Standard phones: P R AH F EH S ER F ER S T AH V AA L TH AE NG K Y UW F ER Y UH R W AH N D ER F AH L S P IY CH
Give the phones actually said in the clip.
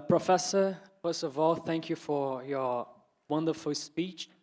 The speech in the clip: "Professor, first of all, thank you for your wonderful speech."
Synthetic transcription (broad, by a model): P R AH F EH S ER F ER S T AH V AA L TH AE NG K Y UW F ER Y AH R W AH N D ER F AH L S P IY CH